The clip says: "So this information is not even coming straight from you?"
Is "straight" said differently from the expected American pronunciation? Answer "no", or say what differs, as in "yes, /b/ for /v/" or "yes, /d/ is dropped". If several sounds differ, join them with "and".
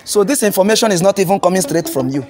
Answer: no